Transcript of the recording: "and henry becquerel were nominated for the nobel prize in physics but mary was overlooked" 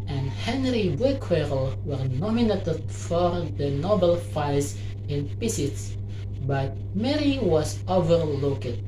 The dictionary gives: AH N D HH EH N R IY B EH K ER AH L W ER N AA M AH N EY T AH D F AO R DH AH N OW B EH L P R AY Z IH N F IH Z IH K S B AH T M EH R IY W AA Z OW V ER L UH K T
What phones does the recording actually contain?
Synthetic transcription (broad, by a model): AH N D HH EH N R IY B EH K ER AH L W ER N AA M AH N EY T AH D F AO R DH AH N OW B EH L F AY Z IH N P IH S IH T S B AH T M EH R IY W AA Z OW V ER L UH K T